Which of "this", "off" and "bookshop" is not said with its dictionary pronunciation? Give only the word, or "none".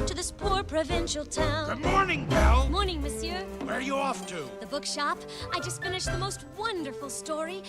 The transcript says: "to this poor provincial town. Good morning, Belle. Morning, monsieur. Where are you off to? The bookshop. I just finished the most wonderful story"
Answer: none